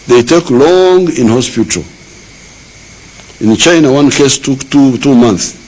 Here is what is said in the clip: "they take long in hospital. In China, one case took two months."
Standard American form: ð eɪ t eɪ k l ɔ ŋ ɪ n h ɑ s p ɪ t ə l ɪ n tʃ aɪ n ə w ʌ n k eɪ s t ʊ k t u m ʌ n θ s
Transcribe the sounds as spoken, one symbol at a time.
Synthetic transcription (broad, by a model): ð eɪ t eɪ k l ɔ ŋ ɪ n h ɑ s p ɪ t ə l ɪ n tʃ aɪ n ə w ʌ n k eɪ s t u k t u m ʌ n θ s